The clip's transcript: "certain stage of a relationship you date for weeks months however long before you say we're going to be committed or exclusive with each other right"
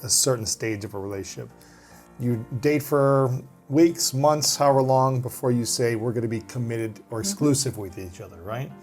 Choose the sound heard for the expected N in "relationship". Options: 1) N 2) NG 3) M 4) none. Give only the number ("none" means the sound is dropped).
4